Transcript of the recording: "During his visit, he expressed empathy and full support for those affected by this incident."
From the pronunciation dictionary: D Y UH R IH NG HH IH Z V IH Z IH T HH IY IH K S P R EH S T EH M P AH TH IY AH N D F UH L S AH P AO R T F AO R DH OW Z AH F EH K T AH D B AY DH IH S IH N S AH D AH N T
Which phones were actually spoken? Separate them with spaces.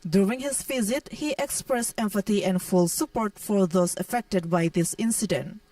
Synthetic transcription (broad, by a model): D Y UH R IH NG HH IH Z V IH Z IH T HH IY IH K S P R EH S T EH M F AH T IY AH N D F UH L S AH P AO R T F AO R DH OW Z AH F EH K T AH D B AY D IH S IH N S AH D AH N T